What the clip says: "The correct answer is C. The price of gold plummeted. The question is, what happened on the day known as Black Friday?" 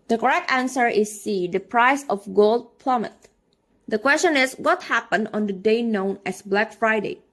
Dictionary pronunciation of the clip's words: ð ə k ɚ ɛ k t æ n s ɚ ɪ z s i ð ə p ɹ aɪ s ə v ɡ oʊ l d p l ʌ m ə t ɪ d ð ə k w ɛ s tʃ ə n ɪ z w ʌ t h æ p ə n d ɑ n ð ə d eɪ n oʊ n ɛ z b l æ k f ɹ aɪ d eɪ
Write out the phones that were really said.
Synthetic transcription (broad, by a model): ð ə k ɚ ɛ k t æ n s ɚ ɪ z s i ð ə p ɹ aɪ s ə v ɡ oʊ l d p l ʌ m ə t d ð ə k w ɛ s tʃ ə n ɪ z w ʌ t h æ p ə n d ɑ n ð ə d eɪ n oʊ n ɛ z b l æ k f ɹ aɪ d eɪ